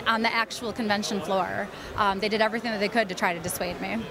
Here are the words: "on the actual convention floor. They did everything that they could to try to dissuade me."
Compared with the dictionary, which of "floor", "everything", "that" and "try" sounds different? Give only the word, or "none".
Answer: none